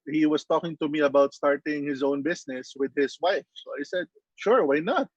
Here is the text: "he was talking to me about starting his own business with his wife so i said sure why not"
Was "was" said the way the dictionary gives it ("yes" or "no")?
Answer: no